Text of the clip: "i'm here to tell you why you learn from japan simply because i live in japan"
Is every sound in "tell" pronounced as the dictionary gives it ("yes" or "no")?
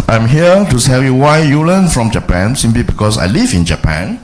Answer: no